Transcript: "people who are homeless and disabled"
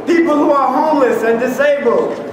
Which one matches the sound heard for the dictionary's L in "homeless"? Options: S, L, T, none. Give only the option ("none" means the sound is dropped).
L